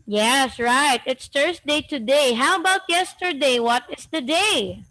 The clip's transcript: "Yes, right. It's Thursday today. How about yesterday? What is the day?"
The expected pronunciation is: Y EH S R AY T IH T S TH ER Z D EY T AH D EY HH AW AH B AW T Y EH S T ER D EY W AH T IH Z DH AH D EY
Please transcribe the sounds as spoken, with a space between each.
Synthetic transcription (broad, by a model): Y EH S R AY T IH T S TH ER S D EY T AH D EY HH AW AH B AW T Y EH S T ER D EY W AH T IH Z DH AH D EY